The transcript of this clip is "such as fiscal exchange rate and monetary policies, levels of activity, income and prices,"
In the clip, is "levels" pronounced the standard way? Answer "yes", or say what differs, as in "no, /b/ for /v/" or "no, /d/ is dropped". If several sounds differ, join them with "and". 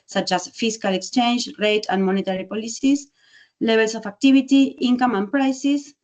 no, /b/ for /v/ and /s/ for /z/